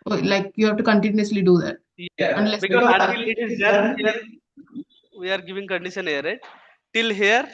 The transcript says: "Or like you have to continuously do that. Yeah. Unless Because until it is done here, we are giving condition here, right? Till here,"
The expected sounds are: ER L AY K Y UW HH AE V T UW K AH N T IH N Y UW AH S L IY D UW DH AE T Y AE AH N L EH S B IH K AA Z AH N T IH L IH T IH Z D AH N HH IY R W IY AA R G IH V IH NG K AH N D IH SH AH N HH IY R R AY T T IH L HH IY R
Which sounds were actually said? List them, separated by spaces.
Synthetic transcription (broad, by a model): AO L AY K Y UW HH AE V T UW K AH N T IH N Y UW AH S L IY D UW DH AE T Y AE AH N L EH S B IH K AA AH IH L IH T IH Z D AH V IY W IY AA R G IH V IH NG K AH N D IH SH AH N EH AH R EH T T IH L HH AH R